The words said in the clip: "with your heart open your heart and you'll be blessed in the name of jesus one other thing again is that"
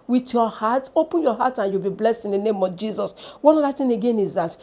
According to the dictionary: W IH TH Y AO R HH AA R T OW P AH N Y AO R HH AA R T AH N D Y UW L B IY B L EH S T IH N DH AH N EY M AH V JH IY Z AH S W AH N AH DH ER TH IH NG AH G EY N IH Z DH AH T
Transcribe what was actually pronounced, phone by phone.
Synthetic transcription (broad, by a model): W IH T Y AO HH AA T OW P AH N Y AO HH AA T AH N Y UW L B IY B L EH S T IH N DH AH N EY M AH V JH IY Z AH S W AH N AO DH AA T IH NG AH G EY N IH Z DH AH T